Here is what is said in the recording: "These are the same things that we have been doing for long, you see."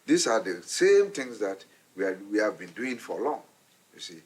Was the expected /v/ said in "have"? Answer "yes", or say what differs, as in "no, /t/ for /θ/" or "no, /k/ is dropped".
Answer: yes